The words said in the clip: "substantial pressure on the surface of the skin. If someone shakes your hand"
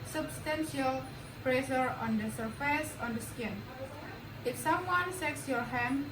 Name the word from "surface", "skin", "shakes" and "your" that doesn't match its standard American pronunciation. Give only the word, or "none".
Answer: shakes